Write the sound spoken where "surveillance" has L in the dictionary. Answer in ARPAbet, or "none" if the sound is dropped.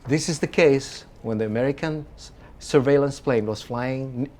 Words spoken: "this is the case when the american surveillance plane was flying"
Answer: L